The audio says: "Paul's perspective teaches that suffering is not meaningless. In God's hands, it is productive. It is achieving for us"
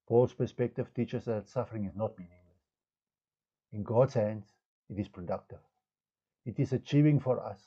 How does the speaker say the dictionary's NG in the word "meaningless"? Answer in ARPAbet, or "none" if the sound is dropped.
NG